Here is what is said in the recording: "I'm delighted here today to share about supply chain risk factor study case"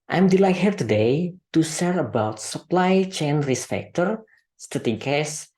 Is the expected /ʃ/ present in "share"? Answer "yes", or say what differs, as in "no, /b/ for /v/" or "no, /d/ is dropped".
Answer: no, /s/ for /ʃ/